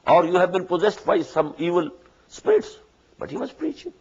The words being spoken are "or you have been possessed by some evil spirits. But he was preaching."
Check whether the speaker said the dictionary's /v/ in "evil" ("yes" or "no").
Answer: yes